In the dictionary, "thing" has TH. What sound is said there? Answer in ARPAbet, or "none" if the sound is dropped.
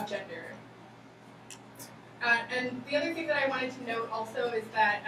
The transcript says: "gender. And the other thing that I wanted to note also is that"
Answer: TH